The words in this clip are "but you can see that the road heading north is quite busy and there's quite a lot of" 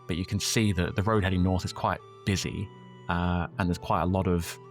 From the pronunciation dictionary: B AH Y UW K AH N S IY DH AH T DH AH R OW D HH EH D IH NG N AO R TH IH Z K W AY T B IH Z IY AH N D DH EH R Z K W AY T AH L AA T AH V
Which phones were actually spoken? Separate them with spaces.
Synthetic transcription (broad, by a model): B AH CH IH K AH N S IY DH AH T DH AH R OW D HH EH D IH NG N AO R TH IH Z K W AY T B IH Z IY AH N DH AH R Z K W AY T AH L AA T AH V